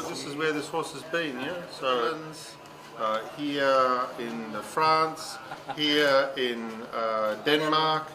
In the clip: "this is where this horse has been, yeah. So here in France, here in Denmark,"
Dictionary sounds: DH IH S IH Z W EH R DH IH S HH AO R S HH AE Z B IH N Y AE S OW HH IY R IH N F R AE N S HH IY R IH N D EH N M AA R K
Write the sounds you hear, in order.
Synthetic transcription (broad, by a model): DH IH S IH Z W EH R DH IH S HH AO R S HH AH Z B IH N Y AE S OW HH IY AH IH N F R AE N S HH IY R IH N D EH N M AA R K